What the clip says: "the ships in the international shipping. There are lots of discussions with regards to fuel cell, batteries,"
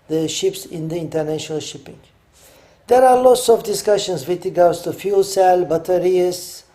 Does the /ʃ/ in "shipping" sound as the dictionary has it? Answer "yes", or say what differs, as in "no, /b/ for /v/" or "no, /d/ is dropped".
yes